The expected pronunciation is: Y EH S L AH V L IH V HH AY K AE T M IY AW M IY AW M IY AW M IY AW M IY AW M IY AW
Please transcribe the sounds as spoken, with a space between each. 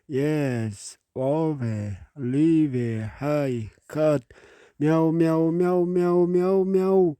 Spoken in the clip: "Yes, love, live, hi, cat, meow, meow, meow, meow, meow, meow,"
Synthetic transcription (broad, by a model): Y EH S W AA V L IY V HH AY K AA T M IY AW M IY AW M IY AW M IY AW M IY AW M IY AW